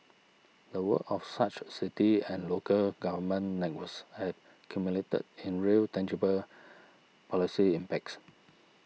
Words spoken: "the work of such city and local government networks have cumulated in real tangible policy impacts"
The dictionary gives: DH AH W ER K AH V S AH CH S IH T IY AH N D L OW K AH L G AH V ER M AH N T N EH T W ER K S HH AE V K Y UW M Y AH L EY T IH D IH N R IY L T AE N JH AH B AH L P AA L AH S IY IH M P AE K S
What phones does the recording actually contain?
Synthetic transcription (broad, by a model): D AH W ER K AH F S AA CH S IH T IY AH N L OW K AH L G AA V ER M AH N N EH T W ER S HH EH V K Y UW M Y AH L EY T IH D IH N R IY L T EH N JH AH B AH L P AA L AH S IY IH M P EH K S